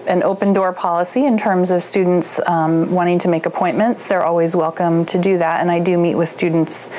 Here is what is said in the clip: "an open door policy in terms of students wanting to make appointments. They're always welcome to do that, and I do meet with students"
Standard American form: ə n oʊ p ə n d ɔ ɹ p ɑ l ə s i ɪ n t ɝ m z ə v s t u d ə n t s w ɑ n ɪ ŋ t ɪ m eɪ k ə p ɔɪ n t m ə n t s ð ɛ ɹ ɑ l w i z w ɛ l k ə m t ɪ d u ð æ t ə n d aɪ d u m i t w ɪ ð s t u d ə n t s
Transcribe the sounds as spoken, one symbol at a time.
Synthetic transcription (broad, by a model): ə n oʊ p ə n d ɔ ɹ p ɑ l ə s i ɪ n t ɝ m z ə v s t u d n t s w ɑ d ɪ ŋ t ɪ m eɪ k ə p ɔɪ n m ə n t s ð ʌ ɹ ɑ l w i z w ɛ l k ə m t ɪ d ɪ ð æ t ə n aɪ d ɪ m i t w ɪ ð s t u d n t s